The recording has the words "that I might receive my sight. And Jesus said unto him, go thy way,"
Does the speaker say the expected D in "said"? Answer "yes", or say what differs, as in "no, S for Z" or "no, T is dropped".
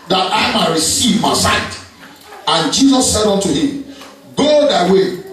yes